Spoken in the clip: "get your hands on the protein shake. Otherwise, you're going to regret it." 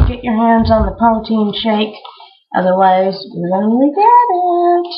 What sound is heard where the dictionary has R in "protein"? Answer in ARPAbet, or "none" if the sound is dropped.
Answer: none